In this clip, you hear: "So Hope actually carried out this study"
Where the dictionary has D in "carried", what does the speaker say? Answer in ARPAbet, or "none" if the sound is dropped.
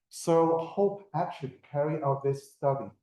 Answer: none